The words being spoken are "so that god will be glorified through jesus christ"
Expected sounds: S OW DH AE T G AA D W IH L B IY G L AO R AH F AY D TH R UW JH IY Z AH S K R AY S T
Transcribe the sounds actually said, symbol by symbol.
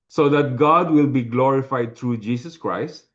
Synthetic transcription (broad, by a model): S OW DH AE T G AA D W IH L B IY G L AO R AH F AY D T R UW JH IY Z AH S K R AY S T